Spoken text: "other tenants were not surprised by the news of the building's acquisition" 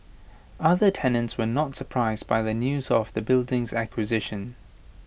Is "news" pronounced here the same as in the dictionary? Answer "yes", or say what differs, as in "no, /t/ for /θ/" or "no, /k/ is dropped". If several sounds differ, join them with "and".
yes